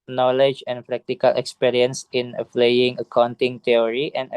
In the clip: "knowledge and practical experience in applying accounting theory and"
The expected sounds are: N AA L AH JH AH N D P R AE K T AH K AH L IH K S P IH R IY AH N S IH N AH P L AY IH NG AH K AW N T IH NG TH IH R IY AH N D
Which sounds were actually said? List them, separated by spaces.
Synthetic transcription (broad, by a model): N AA L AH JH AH N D P R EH K T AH K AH L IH K S P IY R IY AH N S IH N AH F L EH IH NG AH K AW N T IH NG T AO R IY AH N